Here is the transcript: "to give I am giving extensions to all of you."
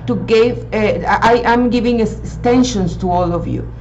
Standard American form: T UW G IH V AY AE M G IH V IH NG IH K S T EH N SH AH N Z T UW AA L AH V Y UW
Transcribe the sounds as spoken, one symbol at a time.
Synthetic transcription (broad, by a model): T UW G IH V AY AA M G IH V IH NG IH S T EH N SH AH N S T UW AA L AH V Y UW